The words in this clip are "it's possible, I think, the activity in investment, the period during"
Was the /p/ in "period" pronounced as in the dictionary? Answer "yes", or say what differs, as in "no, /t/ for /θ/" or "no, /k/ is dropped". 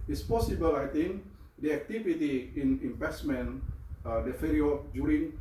no, /f/ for /p/